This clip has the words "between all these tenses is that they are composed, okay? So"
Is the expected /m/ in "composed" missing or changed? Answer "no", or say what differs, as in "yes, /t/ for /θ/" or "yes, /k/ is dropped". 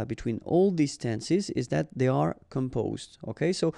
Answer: no